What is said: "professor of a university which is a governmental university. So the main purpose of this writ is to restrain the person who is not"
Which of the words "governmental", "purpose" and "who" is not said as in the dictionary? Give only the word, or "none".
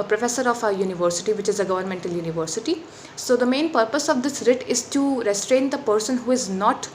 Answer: none